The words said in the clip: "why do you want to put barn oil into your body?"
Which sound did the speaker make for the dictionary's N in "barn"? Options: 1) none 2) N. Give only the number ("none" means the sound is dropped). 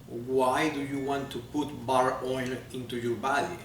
1